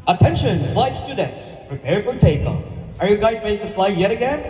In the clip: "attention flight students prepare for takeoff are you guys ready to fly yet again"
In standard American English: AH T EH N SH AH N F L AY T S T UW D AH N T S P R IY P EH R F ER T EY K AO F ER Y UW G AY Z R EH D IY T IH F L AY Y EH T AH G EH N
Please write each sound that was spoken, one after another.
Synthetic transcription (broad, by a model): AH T EH N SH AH N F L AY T S T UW D N T S P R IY P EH R F ER T EY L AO ER Y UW G AY Z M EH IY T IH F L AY Y EH T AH G EH N